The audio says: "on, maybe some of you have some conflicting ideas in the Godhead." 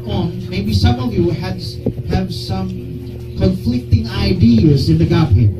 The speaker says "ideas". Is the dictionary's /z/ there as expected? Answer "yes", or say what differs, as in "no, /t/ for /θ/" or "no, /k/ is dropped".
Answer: yes